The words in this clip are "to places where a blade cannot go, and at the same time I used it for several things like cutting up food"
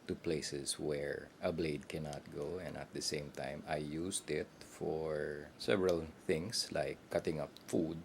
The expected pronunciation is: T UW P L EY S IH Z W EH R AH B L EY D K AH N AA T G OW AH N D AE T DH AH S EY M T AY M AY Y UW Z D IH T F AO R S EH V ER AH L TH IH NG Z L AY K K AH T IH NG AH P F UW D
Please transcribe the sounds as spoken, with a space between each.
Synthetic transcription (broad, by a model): T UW P L EY S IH S W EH R AH B L EY D K AH N AA T G OW AH N D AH T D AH S EY M T AY M AY Y UW S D IH T F AO R S EH V ER AH L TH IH NG S L AY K K AH T IH NG AH P F UW D